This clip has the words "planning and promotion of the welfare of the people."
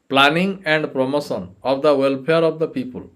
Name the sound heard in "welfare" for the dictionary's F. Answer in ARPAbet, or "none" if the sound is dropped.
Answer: P